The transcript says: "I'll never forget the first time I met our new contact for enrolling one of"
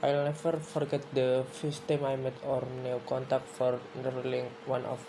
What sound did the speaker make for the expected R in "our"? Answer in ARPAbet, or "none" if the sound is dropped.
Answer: R